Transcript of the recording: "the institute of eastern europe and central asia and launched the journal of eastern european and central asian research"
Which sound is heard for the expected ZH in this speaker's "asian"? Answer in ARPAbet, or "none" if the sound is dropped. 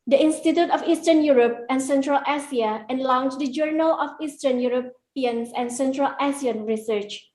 S